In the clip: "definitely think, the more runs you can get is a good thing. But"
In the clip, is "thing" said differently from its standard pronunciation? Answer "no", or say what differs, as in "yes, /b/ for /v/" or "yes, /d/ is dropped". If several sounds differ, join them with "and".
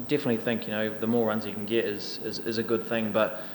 no